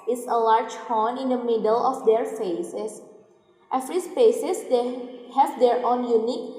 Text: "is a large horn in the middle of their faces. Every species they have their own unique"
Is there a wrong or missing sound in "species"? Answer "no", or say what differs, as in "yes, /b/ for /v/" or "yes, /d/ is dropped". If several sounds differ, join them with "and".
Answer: yes, /s/ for /ʃ/